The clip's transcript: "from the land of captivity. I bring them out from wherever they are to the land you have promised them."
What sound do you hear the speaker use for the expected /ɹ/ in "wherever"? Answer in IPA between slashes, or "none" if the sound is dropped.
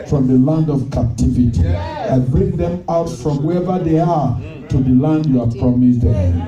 none